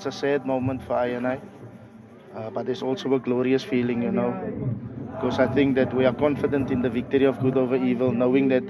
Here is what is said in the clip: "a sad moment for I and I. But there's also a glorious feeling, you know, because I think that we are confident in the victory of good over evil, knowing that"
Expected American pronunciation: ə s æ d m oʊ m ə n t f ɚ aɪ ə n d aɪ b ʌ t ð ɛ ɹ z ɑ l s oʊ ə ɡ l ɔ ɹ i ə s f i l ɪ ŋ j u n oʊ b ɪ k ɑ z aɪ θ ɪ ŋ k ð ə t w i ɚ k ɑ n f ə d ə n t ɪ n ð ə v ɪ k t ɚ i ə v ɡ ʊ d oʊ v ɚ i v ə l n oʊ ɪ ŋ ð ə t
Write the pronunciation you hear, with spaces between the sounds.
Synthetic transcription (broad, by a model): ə s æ d m oʊ m ə n t f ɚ aɪ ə n aɪ b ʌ t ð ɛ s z ɑ l s oʊ ə ɡ l ɔ ɹ i ə s f i l ɪ ŋ j u n oʊ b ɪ k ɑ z aɪ θ ɪ ŋ k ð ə t w i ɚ k ɑ n f ə d ə n t ɪ n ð ə v ɪ k t ɚ i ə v ɡ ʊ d oʊ v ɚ i v ə l n oʊ ɪ ŋ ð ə t